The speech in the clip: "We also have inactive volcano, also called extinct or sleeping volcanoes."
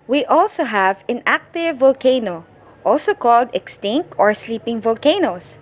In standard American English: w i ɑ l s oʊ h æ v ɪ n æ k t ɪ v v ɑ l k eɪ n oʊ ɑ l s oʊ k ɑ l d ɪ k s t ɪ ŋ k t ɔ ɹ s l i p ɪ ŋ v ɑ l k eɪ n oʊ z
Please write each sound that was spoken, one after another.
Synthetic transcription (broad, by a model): w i ɑ l s oʊ h æ v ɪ n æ k t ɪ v v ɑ l k eɪ n oʊ ɑ l s oʊ k ɑ l d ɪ k s t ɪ ŋ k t ɔ ɹ s l i p ɪ ŋ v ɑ l k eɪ n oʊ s